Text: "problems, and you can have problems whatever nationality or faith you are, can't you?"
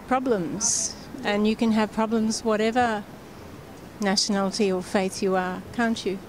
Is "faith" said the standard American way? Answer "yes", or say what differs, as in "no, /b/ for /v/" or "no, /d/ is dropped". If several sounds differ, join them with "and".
yes